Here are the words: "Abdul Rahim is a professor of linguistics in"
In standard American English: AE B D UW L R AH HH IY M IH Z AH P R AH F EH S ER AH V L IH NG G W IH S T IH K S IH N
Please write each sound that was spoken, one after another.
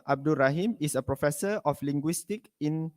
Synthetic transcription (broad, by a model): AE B D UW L R AH HH IY M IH S AH P R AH F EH S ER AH F L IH NG G W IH S T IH K IH N